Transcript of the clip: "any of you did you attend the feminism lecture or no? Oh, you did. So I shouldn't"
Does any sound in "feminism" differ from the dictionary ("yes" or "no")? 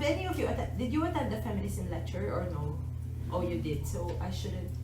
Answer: yes